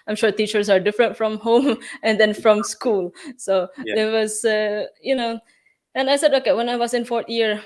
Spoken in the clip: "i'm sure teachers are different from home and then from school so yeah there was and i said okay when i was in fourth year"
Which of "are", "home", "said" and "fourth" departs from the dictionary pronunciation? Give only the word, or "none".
fourth